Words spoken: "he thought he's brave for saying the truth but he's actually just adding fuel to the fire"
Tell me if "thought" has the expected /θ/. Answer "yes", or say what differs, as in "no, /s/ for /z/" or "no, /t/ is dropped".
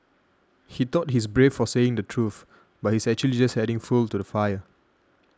no, /t/ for /θ/